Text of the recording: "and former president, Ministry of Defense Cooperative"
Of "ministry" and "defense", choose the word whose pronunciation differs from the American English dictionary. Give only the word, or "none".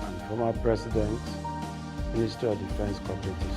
ministry